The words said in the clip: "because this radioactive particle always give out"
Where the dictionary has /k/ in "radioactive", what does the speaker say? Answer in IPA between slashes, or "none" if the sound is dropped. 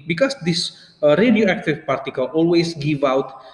/k/